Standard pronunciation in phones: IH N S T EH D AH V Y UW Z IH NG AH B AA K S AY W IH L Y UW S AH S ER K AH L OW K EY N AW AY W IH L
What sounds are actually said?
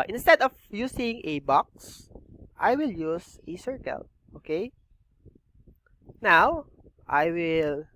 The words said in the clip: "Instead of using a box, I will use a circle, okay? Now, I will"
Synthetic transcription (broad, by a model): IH N S T EH D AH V Y UW S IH NG AH B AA K S AY W IH L Y UW S AH S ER K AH L OW K EY N AW AY W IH L